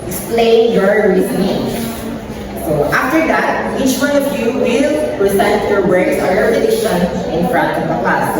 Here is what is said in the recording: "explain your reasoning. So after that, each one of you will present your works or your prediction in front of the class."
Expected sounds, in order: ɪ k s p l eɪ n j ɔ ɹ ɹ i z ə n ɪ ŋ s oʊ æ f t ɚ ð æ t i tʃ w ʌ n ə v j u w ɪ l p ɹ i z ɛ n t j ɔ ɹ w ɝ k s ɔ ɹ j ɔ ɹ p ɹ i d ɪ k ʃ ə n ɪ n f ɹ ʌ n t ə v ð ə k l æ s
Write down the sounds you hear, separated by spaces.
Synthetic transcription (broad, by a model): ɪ k s p l eɪ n j ɔ ɹ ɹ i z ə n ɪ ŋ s oʊ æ f t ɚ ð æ t i tʃ w ʌ n ə v j u w ɪ l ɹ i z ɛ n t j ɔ ɹ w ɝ s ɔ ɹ j ɔ ɹ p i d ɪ ʃ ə n ɪ n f ɹ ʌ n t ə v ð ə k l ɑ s